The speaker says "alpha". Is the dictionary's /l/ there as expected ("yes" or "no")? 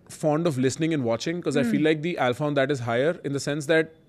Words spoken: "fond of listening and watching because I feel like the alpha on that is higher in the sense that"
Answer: yes